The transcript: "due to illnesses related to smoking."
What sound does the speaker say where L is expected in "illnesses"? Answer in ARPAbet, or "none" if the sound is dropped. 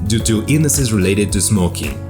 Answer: none